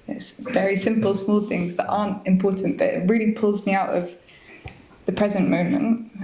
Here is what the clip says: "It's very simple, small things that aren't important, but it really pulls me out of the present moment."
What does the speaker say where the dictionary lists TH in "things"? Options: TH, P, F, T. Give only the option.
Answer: TH